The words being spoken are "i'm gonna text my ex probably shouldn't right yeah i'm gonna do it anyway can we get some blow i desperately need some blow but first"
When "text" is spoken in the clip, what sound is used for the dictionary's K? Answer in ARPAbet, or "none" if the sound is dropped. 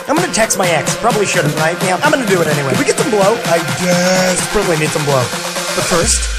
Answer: K